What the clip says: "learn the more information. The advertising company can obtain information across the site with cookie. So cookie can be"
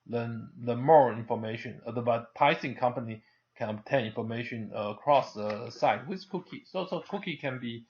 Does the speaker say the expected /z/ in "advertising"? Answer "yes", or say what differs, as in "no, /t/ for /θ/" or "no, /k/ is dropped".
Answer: no, /s/ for /z/